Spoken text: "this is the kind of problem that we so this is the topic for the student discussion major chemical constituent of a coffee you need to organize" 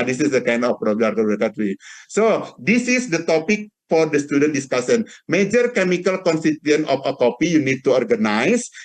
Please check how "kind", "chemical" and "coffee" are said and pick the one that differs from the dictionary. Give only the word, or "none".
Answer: coffee